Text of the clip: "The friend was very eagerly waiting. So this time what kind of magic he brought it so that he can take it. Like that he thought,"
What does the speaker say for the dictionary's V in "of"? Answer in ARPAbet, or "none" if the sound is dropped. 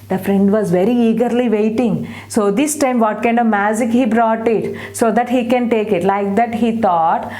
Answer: V